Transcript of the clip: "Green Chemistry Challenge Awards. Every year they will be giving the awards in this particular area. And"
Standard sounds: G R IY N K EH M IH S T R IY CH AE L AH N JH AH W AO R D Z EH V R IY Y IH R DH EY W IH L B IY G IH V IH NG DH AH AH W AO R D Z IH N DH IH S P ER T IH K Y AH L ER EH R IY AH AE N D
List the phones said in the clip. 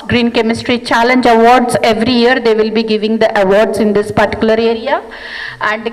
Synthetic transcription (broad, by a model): G R IY N K EH M IH S T R IY CH AE L AH N JH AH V AO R D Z EH V R IY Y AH R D EY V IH L B IY G IH V IH NG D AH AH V AO R D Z IH N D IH S P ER T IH K Y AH L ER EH R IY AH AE N D